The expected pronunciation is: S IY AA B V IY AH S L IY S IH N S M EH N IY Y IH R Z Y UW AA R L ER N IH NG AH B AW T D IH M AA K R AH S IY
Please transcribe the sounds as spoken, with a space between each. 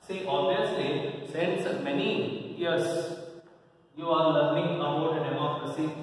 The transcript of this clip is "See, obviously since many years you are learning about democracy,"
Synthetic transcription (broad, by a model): S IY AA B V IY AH S L IY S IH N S M EH N IY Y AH R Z Y UW AA R L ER IH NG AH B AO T D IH M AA K R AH S IY